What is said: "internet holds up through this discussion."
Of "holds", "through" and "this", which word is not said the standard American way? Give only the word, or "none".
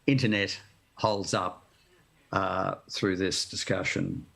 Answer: none